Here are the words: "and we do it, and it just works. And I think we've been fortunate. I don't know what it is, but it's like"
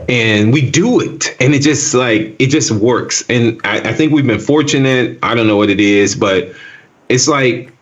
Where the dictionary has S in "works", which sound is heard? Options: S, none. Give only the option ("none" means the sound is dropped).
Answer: S